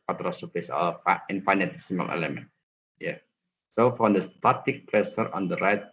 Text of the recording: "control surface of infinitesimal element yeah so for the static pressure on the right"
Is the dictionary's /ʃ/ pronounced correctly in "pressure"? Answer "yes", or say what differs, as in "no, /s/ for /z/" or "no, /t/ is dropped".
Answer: no, /s/ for /ʃ/